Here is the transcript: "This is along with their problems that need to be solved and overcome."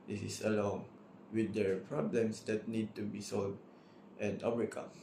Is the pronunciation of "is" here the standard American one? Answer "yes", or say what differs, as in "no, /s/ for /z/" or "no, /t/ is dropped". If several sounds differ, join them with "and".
no, /s/ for /z/